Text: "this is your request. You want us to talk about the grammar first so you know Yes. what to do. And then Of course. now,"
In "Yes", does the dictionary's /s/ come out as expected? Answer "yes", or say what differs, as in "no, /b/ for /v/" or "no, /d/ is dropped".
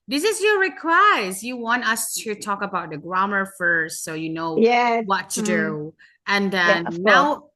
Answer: no, /s/ is dropped